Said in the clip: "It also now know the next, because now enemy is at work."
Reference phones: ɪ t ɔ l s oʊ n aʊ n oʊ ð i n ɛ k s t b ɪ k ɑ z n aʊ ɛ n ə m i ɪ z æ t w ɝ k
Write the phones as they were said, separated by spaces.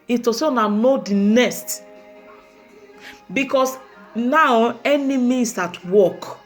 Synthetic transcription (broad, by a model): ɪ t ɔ s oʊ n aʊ n oʊ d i n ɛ s t b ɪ k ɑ s n aʊ ɛ n ə m i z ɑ t w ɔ k